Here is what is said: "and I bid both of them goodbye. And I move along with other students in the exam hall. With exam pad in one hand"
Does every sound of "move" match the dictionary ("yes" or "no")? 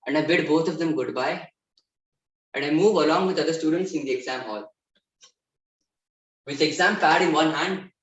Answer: yes